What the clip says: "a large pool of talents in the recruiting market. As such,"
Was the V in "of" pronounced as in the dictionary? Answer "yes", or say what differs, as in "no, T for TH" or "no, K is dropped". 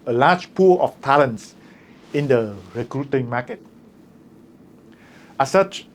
no, F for V